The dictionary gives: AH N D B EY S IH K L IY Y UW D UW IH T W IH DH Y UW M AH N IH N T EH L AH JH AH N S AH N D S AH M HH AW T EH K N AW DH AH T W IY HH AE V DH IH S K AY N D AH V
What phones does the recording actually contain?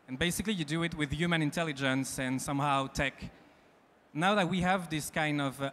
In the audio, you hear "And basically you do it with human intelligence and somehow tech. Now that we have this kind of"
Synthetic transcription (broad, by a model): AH N B EY S IH K L IY Y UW D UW IH T W IH DH Y UW M AH N IH N T EH L AH JH AH N S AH N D S AH M HH AW T EH K N AW DH AH T W IY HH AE V DH IH S K AY N D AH V